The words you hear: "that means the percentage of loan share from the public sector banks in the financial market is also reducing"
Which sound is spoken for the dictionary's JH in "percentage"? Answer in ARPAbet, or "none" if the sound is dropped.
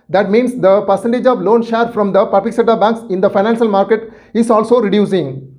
JH